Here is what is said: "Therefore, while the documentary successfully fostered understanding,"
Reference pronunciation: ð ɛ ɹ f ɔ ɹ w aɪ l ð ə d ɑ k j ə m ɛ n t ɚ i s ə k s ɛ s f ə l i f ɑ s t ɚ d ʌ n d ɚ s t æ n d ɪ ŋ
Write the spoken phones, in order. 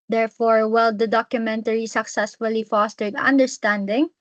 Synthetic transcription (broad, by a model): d ɛ ɹ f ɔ ɹ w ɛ l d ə d ɑ k j ə m ɛ n t ɚ i s ə k s ɛ s f ə l i f ɑ s t ɚ d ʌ n d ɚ s t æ n d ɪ ŋ